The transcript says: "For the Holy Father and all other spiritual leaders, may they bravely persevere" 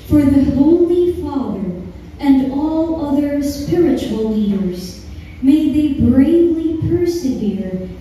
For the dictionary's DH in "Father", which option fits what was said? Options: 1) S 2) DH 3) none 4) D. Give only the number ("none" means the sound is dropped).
2